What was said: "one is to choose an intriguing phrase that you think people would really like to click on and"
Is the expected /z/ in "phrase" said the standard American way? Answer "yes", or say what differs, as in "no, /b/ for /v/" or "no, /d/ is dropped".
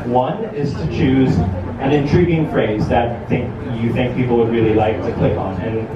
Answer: yes